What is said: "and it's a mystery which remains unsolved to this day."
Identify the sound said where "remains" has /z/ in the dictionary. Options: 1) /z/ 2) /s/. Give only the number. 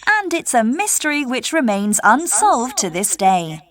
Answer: 1